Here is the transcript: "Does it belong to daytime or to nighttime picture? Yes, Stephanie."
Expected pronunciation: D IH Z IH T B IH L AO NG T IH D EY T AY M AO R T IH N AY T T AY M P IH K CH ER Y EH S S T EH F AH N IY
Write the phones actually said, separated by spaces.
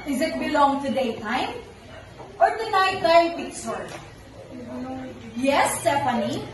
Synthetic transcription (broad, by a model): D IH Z IH T B IH L AO NG T IH D EY T AY M AO R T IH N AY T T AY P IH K S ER Y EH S S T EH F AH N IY